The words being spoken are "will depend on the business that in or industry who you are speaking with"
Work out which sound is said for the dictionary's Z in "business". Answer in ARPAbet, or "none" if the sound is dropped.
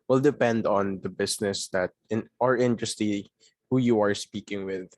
S